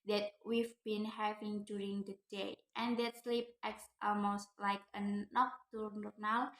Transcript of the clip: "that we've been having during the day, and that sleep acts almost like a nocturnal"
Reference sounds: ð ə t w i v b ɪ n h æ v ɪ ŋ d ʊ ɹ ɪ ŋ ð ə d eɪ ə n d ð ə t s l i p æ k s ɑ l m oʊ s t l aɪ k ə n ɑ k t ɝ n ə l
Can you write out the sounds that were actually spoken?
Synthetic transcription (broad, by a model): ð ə t w i v b ɪ n h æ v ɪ ŋ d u ɹ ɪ ŋ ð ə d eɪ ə n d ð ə t s l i p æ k s ɑ l m oʊ s t l aɪ k ə n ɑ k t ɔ n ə l